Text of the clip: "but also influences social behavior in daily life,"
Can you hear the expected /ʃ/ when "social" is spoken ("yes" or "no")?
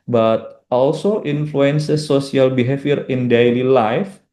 no